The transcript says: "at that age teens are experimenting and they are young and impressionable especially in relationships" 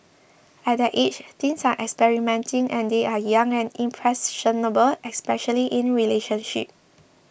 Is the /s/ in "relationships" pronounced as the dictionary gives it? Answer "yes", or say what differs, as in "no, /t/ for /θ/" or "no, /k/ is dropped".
no, /s/ is dropped